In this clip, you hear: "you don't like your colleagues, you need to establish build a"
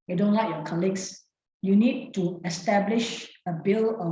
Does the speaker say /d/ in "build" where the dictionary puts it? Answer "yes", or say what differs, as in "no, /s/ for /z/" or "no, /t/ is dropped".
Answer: no, /d/ is dropped